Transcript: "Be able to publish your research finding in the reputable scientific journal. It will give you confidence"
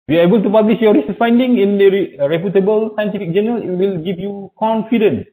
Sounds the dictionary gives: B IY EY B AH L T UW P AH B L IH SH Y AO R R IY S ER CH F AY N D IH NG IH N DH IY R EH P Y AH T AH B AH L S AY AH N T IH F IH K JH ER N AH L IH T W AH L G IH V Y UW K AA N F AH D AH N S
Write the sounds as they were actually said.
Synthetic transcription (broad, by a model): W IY EY B AH L T UW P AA B L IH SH Y AO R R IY S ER S F AY N D IH NG IH N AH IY R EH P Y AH T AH B AH L S AY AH N T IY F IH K JH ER N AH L IH T W AH L G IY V Y UW K AA N F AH D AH N S